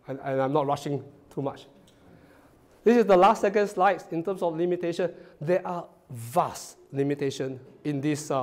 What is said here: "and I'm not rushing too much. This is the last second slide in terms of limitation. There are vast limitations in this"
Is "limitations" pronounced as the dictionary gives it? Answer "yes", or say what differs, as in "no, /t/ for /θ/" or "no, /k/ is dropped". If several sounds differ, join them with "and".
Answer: no, /z/ is dropped